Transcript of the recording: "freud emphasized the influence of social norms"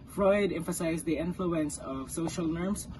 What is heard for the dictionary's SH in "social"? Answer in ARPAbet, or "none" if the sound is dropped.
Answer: SH